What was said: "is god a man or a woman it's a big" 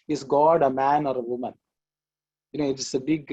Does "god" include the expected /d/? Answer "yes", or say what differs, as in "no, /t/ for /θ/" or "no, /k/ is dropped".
yes